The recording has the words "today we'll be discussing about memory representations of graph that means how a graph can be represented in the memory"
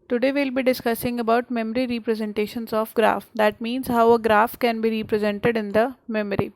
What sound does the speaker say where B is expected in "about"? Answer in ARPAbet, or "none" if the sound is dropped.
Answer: B